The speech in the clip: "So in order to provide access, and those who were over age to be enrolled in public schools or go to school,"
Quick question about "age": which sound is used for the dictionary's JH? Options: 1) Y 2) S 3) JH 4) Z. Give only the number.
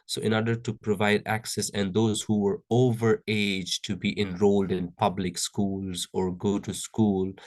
3